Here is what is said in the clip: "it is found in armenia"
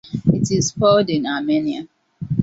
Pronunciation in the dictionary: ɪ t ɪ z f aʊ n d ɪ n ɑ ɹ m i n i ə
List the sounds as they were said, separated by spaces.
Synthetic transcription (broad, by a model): ɪ t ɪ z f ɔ l d ɪ n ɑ m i n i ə